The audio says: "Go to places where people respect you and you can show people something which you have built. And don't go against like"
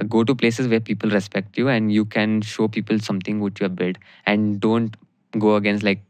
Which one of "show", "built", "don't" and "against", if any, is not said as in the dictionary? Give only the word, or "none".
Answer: built